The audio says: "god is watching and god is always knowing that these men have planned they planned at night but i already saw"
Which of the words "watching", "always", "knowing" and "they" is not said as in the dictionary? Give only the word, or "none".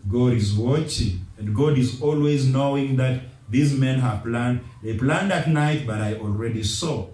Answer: none